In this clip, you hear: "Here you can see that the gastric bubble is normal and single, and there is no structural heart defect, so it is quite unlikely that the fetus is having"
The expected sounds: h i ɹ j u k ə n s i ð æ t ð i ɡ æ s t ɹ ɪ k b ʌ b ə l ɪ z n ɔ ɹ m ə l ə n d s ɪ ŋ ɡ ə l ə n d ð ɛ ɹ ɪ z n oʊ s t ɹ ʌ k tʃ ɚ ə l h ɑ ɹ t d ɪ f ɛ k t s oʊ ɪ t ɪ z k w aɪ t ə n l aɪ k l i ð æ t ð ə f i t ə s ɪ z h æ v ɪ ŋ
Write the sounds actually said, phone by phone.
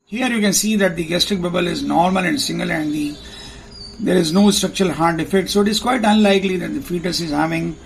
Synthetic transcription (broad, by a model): h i ɹ j u k ə n s i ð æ t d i ɡ æ s t ɹ ɪ k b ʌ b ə l ɪ z n ɔ ɹ m ə l ə n d s ɪ ŋ ɡ ə l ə n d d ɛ ɹ ɪ z n oʊ s t ɹ ʌ k tʃ ɚ ə l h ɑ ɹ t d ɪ f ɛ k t s oʊ ɪ t ɪ z k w aɪ t ə n l aɪ k l i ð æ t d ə f i t ə s ɪ z h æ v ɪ ŋ